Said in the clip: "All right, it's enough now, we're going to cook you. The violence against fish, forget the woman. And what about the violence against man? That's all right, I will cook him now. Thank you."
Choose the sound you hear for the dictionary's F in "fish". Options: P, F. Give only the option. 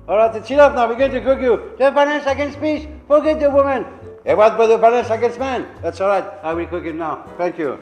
P